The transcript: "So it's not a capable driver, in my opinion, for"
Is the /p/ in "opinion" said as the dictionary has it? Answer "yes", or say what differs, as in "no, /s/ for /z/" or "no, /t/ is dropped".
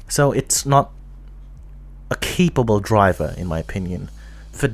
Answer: yes